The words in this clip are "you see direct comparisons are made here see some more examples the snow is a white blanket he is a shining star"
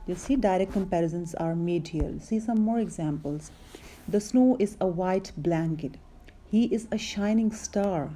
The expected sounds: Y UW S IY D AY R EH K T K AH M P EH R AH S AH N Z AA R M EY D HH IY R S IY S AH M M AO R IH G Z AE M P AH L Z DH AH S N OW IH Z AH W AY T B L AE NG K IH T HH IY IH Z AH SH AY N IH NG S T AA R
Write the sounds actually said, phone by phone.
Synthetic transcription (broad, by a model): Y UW S IY D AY R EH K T K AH M P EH R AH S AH N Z AA R M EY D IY L S IY S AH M M AO R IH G Z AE M P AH L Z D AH S N OW IH Z AH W AY T B L AE NG K IH T HH IY IH Z AH SH AY N IH NG S T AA R